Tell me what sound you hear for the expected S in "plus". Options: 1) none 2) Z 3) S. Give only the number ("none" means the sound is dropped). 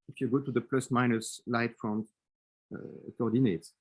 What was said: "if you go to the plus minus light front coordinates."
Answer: 3